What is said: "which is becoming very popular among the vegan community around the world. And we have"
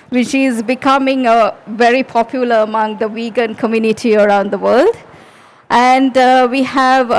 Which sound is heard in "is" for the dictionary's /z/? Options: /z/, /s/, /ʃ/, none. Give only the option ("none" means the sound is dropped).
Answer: /z/